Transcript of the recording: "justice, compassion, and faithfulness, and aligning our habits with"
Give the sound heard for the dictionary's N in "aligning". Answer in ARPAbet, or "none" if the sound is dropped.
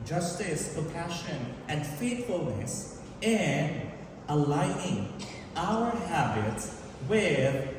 none